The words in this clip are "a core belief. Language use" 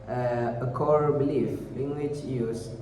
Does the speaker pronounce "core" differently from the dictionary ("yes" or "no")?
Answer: no